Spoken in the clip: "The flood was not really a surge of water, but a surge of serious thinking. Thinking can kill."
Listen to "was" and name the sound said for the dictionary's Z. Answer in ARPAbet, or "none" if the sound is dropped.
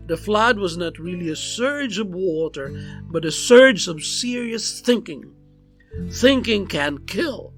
Z